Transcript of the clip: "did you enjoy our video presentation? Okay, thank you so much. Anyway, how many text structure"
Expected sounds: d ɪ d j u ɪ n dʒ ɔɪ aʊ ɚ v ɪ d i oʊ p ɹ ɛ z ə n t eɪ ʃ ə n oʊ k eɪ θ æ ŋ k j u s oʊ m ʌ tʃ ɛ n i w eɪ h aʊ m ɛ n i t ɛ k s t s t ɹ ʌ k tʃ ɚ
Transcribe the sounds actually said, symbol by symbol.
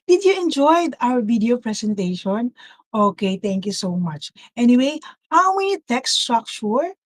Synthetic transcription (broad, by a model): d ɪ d j u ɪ n dʒ ɔɪ aʊ ɚ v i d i oʊ p ɹ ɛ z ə n t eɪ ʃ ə n oʊ k eɪ t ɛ ŋ k j u s oʊ m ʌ tʃ ɛ n i w eɪ h aʊ m ɛ n i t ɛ k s s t ɹ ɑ k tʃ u